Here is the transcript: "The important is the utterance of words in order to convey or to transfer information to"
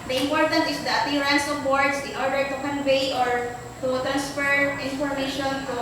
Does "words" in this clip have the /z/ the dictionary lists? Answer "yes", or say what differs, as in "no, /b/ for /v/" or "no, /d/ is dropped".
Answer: no, /s/ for /z/